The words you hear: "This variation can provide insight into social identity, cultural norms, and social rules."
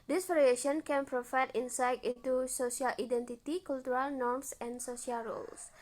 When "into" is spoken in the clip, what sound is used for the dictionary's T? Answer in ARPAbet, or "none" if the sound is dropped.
T